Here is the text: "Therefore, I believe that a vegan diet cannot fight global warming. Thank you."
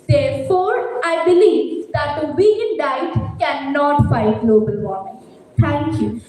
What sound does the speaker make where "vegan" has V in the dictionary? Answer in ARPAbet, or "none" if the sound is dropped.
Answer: W